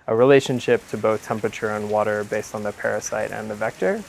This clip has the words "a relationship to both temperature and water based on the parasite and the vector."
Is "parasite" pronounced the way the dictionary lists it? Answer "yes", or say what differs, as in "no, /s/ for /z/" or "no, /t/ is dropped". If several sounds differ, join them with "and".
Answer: yes